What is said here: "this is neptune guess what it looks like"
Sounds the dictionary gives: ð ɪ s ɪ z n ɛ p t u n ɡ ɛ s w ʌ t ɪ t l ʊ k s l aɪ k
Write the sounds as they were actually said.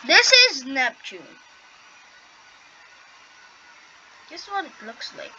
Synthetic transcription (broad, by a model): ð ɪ s ɪ z n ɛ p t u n ɡ ɛ s w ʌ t ɪ t l ʊ k s l aɪ k